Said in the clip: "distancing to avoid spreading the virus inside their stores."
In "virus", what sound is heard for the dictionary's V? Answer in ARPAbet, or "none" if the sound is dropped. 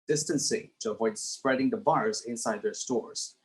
B